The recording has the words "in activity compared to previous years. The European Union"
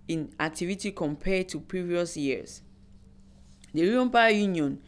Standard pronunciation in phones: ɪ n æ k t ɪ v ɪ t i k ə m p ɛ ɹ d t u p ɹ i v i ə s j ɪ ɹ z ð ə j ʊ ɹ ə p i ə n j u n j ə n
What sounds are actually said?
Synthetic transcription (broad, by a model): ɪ n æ k t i v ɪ t i k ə m p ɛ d t u p ɹ i v i ə s j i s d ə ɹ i ə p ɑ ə j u n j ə n